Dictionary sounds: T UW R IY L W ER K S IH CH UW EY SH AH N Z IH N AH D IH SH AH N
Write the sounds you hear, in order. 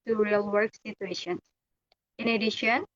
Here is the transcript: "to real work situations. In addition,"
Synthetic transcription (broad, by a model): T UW R IY L W ER K S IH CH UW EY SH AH N IH N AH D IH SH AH N